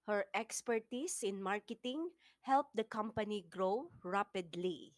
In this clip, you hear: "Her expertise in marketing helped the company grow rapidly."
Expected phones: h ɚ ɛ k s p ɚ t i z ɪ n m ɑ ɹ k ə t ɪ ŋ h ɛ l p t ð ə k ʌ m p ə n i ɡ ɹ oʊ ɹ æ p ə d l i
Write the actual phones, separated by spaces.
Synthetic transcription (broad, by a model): h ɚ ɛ k s p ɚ t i s ɪ n m ɑ ɹ k ə t ɪ ŋ h ɛ l p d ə k ʌ m p ə n i ɡ ɹ oʊ ɹ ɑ p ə d l i